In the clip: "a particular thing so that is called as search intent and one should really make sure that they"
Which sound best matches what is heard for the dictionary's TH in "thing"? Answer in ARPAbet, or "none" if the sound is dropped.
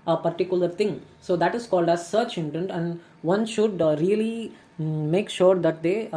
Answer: T